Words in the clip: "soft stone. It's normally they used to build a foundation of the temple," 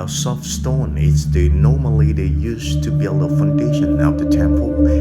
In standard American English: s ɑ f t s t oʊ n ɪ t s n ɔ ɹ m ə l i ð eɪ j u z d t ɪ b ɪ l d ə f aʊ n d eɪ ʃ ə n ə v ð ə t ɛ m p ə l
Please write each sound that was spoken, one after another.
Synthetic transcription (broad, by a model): s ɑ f s t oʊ n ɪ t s n ɔ ɹ m ə l i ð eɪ j u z t ɪ b ɪ l d ə f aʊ n d eɪ ʃ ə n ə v ð ə t ɛ m p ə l